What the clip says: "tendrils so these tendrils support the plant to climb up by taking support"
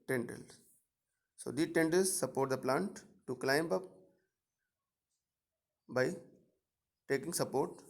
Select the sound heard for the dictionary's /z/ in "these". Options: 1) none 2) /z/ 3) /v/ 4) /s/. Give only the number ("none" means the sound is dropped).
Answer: 1